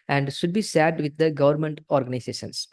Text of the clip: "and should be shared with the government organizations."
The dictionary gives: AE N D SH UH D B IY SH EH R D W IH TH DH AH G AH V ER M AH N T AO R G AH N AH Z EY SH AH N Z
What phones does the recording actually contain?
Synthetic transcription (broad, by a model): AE N D SH UH D B IY S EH D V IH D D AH G AH V ER M AH N T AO R G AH N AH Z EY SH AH N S